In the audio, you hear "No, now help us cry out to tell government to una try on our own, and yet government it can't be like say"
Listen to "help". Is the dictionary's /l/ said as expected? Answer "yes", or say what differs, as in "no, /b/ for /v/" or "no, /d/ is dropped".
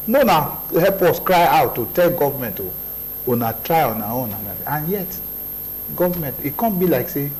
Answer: no, /l/ is dropped